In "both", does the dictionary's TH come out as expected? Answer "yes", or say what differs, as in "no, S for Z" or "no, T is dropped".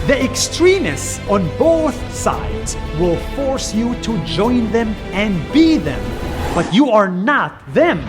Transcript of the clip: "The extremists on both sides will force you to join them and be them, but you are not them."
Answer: yes